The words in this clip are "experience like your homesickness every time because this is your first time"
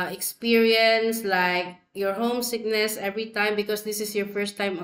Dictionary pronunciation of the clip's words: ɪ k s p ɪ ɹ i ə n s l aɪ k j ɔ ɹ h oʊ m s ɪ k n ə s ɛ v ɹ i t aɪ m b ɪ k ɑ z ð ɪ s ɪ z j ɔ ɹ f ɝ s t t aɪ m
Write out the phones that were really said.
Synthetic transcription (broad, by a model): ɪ k s p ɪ ɹ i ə n s l aɪ k j ɔ ɹ h oʊ m s ɪ k n ə s ɛ v ɹ i t aɪ m b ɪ k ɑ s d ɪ s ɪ s j ɔ ɹ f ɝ s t t aɪ m